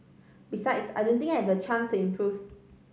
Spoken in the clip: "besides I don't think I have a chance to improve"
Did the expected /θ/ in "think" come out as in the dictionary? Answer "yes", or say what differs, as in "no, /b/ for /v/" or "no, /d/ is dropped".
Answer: no, /t/ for /θ/